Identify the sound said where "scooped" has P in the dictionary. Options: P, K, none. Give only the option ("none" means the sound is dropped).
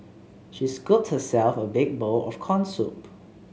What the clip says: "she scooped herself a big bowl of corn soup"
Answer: none